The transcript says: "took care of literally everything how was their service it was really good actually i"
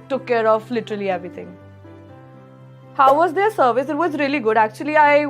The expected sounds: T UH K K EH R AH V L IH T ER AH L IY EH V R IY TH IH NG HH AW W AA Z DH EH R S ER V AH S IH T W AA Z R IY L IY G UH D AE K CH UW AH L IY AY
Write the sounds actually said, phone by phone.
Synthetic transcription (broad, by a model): T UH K K EH R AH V L IH T ER AH L IY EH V R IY T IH NG HH AW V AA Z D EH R S ER V AH S IH T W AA Z R IY L IY G UH D AE K CH UW AH L IY AY